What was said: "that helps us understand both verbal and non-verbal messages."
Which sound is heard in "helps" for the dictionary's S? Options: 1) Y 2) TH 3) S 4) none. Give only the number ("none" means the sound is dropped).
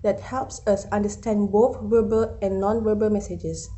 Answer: 3